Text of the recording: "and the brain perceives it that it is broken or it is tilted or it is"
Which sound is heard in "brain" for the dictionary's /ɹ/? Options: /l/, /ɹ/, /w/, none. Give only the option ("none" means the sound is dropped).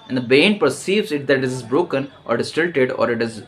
none